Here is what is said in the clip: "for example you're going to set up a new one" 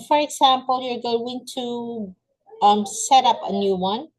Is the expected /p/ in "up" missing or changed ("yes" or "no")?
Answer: no